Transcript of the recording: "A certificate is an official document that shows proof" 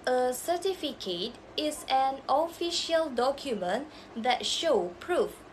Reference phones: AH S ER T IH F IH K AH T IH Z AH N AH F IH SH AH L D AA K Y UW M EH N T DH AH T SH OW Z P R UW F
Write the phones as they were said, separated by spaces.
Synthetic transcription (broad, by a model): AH S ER T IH F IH K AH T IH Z AH N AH F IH SH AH L D AA K Y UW M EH N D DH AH T SH OW P R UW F